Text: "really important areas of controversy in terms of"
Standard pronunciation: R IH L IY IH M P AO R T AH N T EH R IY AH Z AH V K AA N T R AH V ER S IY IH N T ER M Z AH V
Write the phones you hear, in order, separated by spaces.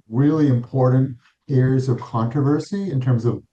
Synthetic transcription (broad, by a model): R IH L IY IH M P AO R T N T EH R IY AH Z AH V K AA N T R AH V ER S IY IH N T ER M Z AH V